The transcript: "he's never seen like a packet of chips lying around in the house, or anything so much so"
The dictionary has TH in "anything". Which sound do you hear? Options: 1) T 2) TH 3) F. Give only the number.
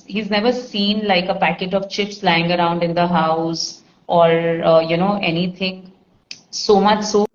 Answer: 1